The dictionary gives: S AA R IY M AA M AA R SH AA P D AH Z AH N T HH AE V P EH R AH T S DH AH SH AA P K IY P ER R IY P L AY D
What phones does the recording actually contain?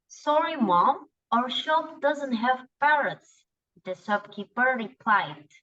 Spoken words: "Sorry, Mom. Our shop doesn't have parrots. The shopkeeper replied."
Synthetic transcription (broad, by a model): S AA R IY M AA M AA R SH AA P D AH Z AH N T HH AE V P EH R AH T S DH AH S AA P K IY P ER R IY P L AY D